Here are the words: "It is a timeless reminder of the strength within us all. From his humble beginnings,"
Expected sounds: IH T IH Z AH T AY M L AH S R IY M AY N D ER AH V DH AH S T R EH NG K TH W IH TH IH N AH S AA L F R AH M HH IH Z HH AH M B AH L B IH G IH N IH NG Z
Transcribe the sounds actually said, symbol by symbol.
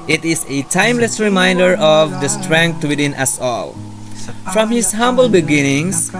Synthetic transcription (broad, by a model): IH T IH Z AH T AY M L AH S R IY M AY N D ER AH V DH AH S T R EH NG K T W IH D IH N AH S AA L F R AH M HH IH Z HH AH M B AH L B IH G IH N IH NG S